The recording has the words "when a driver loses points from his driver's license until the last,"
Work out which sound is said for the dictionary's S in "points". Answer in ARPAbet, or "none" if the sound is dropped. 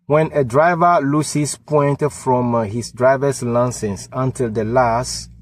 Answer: none